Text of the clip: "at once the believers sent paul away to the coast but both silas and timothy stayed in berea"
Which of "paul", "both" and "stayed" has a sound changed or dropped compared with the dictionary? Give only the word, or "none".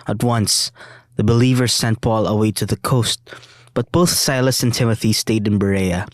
none